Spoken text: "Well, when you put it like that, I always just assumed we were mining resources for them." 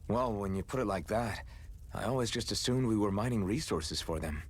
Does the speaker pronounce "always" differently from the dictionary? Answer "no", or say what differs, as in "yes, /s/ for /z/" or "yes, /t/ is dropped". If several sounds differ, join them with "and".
no